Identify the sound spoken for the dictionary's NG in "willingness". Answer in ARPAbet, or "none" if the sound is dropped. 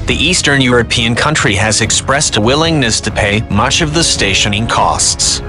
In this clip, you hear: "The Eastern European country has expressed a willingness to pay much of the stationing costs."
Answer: NG